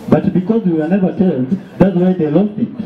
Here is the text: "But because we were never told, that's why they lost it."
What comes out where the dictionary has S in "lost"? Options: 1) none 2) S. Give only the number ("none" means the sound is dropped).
1